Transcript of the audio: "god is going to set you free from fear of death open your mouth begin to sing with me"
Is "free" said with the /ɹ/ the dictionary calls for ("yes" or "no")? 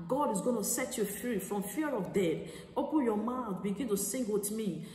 yes